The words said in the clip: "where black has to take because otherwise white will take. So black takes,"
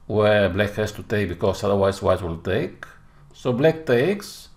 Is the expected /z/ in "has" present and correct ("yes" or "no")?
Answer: no